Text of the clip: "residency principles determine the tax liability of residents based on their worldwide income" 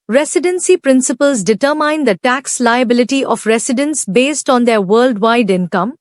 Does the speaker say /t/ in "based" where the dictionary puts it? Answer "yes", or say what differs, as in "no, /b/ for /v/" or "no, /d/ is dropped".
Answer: yes